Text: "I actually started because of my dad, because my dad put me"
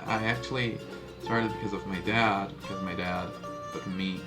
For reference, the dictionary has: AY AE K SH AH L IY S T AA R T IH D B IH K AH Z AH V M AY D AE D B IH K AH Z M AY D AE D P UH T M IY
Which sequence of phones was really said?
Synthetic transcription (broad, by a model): AY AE K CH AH L IY S T AA R T IH D B IH K AH Z AH V M AY D AE D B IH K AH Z M AY D AE D B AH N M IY